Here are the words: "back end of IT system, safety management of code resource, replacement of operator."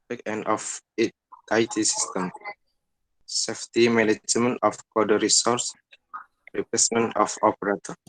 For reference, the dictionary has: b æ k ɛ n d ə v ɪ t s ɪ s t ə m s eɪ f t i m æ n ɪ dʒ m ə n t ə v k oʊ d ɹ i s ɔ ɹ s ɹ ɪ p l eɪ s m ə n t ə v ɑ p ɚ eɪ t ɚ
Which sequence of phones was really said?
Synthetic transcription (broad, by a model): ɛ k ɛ n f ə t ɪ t s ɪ s t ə m s eɪ f t i m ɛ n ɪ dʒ m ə n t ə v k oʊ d ɹ i s ɔ ɹ s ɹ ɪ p eɪ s m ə n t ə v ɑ p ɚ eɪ t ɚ